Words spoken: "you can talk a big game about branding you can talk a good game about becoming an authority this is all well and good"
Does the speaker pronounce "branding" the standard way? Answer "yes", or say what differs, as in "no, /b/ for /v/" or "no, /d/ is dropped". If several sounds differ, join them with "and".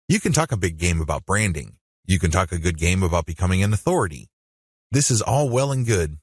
yes